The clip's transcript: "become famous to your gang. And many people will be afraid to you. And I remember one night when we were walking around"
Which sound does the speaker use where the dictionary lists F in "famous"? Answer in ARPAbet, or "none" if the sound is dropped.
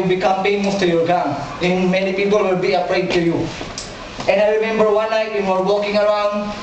P